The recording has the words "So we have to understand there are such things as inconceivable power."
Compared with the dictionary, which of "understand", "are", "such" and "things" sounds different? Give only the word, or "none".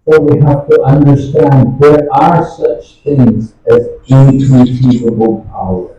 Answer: none